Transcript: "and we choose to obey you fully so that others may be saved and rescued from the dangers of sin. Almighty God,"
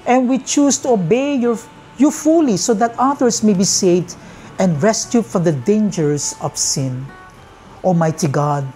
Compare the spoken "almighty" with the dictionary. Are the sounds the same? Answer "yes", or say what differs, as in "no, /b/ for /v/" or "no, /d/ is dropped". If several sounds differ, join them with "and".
no, /l/ is dropped